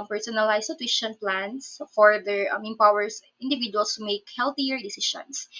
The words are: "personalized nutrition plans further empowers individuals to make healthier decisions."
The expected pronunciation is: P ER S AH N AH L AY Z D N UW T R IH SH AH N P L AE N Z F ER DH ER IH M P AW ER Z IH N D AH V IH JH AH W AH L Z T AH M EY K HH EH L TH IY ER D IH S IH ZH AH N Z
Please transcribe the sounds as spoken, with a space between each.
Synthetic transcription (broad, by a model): P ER S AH N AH L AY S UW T W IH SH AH N P L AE N S F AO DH ER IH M P AW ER S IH N D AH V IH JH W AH L S T AH M EY K HH EH L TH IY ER D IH S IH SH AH N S